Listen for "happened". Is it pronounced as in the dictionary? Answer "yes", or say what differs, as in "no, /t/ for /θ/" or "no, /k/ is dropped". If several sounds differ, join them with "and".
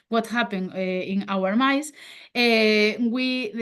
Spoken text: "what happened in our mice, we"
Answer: no, /d/ is dropped